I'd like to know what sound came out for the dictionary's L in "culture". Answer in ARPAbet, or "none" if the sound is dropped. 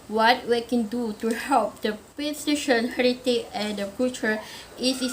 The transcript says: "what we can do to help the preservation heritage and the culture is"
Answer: none